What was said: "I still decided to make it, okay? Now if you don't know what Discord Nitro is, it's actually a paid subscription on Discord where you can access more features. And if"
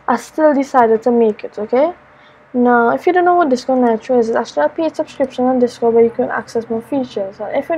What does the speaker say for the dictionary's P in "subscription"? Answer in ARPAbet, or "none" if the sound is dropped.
P